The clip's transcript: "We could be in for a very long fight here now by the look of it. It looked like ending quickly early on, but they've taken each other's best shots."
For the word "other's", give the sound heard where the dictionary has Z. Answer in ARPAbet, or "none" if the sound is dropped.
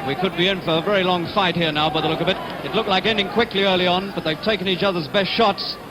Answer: Z